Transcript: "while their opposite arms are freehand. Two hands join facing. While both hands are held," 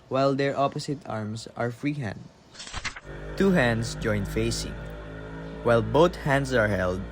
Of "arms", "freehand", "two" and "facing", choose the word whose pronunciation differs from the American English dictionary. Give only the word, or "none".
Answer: arms